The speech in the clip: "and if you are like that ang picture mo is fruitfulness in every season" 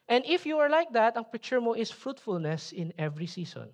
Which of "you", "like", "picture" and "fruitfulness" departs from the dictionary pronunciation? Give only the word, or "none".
picture